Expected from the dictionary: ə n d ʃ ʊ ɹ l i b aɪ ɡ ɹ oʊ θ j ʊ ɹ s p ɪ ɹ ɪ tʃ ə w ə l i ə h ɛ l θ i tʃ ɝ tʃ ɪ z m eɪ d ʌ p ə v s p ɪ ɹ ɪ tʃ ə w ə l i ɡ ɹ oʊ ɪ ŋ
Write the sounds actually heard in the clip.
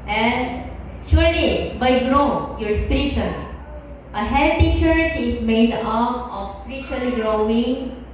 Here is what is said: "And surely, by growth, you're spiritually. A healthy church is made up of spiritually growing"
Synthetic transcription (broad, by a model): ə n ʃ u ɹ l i b aɪ ɡ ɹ oʊ j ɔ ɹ s p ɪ ɹ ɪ tʃ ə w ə l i ə h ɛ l t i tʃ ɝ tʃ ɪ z m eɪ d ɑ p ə f s p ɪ ɹ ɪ tʃ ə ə l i ɡ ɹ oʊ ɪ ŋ